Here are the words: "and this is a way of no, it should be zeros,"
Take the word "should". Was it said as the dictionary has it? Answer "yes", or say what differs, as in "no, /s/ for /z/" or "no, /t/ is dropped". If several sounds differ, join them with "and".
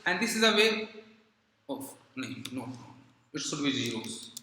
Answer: no, /s/ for /ʃ/